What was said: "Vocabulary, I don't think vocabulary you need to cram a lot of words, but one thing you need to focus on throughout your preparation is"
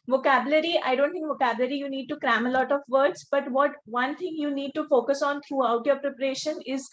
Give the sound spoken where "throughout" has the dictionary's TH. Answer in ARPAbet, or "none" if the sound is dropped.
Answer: T